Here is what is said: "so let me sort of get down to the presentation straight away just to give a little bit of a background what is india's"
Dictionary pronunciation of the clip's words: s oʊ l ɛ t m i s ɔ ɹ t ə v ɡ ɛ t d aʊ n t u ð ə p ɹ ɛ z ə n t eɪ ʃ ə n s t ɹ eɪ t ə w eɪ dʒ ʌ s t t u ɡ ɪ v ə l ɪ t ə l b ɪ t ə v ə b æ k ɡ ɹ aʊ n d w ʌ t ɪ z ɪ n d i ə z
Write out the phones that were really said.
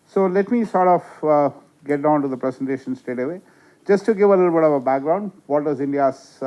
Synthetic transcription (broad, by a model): s oʊ l ɛ t m i s ɔ ɹ t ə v ɡ ɛ t d aʊ n t u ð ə p ɹ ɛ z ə n t eɪ ʃ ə n s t eɪ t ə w eɪ dʒ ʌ s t t u ɡ ɪ v ə l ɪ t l b ɪ t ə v ə b æ k ɡ ɹ aʊ n d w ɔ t ɪ z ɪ n d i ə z